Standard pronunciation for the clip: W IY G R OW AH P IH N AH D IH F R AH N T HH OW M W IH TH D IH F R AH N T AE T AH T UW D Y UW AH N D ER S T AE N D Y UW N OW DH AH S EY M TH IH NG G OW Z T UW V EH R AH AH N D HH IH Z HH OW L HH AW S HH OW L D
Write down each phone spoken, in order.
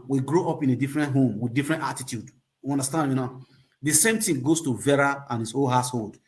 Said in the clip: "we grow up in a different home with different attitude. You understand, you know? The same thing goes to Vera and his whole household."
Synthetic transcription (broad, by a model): W IY G R OW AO P IH N AH D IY F R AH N T HH OW M W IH D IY F R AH N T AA T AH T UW D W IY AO N D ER S T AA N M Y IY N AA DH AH S EY M T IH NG G OW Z T UW V EH R AH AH N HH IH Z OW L HH AW S HH OW L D